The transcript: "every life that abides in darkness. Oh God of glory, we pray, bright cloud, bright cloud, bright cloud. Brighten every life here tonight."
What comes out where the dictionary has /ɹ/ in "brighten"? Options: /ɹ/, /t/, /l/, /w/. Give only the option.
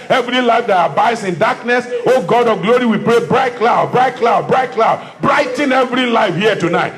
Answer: /ɹ/